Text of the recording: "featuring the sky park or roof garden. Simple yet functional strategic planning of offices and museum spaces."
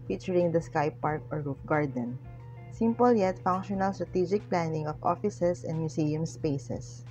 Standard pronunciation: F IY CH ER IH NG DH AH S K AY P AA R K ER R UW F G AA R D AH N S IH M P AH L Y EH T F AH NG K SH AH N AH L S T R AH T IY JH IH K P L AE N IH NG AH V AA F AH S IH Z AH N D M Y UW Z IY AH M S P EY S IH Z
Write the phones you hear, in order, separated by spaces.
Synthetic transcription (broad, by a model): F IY CH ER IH NG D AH S K AY P AA R K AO R UW F G AA R D AH N S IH M P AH L Y EH T F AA NG K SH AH N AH L S T R AH T IY JH IH K P L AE N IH NG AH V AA F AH S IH S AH N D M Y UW S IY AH M S P EY S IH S